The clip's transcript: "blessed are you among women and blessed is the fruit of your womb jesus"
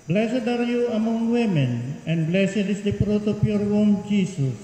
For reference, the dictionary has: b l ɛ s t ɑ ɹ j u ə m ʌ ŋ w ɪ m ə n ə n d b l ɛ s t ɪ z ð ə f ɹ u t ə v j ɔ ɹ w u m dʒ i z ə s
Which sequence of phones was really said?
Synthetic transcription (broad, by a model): b l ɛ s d ɑ ɹ j u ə m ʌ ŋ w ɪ m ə n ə n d b l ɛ s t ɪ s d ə p ɹ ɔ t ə p j ɔ ɹ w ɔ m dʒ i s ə s